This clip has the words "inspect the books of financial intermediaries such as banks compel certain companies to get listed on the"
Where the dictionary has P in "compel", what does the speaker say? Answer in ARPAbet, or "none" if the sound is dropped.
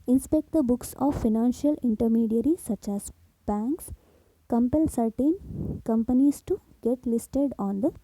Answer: P